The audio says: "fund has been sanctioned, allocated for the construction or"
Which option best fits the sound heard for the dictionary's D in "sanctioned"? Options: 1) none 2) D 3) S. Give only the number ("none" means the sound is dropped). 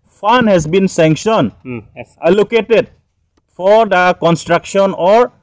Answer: 1